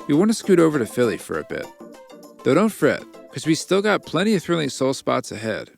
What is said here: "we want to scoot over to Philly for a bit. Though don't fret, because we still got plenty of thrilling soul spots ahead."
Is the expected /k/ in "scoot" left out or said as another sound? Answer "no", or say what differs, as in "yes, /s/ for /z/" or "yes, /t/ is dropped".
no